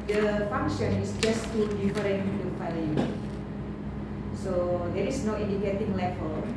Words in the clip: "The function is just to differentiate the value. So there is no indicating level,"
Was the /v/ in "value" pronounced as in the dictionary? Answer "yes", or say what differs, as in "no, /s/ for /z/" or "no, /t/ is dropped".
no, /f/ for /v/